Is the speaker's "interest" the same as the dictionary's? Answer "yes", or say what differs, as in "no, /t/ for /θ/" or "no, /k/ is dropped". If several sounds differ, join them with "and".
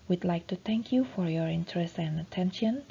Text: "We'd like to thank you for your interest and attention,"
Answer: yes